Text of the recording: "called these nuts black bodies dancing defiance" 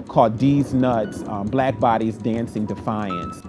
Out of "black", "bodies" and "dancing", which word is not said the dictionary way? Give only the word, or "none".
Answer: none